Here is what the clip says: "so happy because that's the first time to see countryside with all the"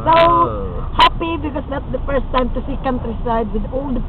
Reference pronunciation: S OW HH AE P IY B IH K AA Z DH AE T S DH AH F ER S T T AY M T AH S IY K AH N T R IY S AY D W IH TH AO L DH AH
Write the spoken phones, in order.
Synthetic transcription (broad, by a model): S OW HH AE P IY B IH K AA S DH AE T S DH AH F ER S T T AY M T AH S IY K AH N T R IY S AY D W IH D AO L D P